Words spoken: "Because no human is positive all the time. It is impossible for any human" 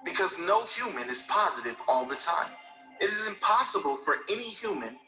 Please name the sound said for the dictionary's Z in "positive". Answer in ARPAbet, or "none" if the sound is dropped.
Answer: Z